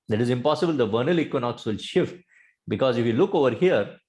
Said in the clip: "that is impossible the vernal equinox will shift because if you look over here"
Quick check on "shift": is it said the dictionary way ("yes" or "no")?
yes